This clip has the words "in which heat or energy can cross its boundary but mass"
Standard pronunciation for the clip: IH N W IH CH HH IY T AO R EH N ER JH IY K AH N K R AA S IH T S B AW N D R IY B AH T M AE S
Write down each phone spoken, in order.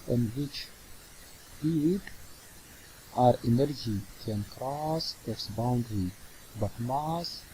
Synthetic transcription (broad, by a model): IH N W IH CH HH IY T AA R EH N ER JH IY K AH N K R AA S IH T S B AW N D R IY B AH T M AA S